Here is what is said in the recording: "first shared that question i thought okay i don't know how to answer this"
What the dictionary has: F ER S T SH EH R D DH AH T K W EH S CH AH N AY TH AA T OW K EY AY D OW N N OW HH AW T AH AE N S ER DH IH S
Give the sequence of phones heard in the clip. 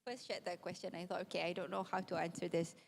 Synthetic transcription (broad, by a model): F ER S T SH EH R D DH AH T K W EH S CH AH N AY TH AA T OW K EY AY D OW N N OW HH AW T AH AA N S ER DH IH S